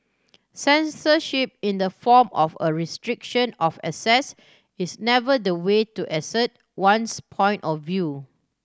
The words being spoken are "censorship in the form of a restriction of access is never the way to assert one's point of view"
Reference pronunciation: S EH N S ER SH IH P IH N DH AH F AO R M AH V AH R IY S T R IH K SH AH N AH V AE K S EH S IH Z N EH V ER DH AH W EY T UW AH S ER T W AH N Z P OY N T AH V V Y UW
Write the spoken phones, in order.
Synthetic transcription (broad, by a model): S EH N S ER SH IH P IH N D AH F AO M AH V AH R IY S T R IH K SH AH N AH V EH S EH S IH S N EH V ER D AH W EY T UW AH S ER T W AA N S P OY N T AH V V Y UW